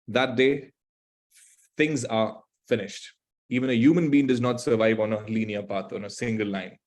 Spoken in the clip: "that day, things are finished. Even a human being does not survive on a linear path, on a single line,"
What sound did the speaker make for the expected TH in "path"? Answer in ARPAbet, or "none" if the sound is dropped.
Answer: T